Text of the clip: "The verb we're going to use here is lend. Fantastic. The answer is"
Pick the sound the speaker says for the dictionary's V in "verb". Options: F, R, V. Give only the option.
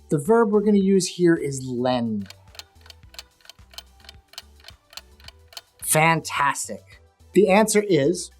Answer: V